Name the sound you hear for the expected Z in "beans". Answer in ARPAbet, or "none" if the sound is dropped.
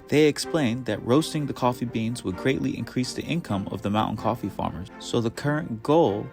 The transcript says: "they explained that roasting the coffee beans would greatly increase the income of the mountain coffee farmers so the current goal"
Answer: Z